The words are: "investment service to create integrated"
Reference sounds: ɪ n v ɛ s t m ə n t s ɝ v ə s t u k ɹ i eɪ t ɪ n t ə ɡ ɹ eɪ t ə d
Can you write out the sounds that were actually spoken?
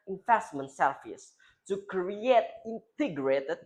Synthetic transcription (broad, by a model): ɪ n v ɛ s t m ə n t s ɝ f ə s t u k ɹ i eɪ t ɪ n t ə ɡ ɹ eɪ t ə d